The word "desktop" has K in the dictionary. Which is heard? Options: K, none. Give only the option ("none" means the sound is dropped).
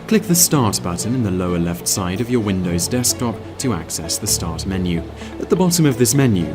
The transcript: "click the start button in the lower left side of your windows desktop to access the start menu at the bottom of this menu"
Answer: K